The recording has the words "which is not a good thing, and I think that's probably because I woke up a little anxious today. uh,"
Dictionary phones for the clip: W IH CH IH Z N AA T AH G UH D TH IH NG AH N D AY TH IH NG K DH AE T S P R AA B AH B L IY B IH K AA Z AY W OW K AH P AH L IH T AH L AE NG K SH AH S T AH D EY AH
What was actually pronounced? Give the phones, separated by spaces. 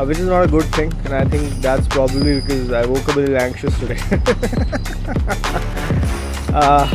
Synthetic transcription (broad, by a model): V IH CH IH Z N AA T AH G UH D T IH NG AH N AY T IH NG K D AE T S P R AA B AH B L IY B IH K AA Z AY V OW K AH B AH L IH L AE NG K SH AH S T AH D EY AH